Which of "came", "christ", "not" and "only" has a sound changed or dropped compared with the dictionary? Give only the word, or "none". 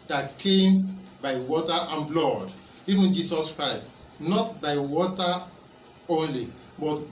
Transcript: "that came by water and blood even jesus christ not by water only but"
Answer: none